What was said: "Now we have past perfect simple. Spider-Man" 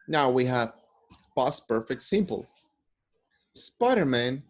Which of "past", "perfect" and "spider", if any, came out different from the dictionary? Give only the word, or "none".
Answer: past